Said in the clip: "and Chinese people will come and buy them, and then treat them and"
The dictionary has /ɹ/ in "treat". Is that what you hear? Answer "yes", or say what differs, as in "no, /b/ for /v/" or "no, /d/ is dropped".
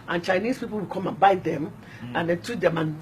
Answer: no, /ɹ/ is dropped